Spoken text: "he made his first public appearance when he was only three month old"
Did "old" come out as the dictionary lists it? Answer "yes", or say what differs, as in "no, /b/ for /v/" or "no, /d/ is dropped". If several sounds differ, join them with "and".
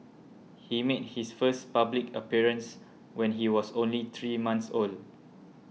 no, /d/ is dropped